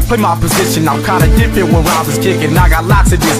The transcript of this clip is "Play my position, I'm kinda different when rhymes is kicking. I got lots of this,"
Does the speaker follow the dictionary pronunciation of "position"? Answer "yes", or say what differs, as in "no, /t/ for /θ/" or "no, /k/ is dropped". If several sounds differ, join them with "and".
yes